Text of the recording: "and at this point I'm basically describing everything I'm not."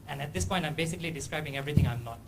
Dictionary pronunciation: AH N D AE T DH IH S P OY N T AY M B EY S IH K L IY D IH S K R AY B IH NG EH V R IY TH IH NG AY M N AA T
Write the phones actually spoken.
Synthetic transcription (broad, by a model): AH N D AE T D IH S P OY N T AY M B EY S IH K L IY D IH S K R AY B IH NG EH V R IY T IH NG AY M N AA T